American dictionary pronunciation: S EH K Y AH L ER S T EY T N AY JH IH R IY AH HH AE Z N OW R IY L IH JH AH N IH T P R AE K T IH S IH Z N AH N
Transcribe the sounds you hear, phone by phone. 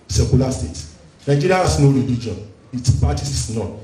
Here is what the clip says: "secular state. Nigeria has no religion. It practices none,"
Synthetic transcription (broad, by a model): S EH K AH L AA S T EY T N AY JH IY R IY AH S N OW R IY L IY JH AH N IH T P AA T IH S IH S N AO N